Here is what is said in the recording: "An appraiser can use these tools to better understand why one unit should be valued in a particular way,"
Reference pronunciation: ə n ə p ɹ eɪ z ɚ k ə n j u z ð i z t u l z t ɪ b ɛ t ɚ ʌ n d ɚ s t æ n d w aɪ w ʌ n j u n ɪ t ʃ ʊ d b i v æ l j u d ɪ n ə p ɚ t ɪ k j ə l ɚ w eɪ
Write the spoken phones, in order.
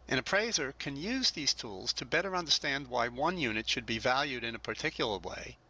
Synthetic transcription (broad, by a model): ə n ə p ɹ eɪ z ɚ k ə n j u z ð i z t u l z t ɪ b ɛ t ɚ ʌ n d ɚ s t æ n d w aɪ w ʌ n j u n ɪ t ʃ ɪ d b i v æ l j u d ɪ n ə p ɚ t ɪ k j l ɚ w eɪ